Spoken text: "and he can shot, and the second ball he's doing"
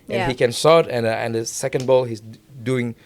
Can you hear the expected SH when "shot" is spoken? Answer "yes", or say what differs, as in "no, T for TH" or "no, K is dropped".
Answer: no, S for SH